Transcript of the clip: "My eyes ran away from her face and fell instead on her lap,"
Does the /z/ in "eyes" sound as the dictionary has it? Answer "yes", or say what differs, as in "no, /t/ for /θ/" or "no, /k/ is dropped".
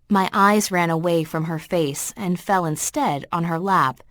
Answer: yes